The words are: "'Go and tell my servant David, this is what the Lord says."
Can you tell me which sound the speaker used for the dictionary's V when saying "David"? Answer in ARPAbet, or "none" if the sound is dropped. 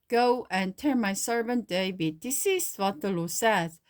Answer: W